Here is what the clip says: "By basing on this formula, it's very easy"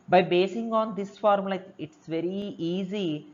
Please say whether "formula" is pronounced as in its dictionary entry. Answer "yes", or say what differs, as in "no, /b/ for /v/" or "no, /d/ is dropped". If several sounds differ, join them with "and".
no, /l/ is dropped